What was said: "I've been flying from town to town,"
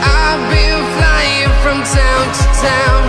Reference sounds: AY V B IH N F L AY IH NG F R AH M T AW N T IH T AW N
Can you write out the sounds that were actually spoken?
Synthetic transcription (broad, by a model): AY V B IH L F L AY IH NG F R AH M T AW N T IH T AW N